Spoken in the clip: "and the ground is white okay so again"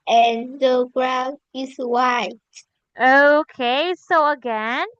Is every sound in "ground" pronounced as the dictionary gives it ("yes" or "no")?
no